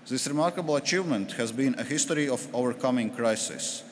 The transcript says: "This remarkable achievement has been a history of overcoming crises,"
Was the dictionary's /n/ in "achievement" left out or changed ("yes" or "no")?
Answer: no